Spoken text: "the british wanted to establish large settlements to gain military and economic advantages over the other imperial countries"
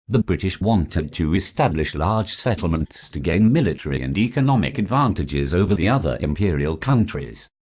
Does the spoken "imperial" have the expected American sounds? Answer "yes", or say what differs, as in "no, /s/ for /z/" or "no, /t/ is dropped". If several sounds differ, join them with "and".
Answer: yes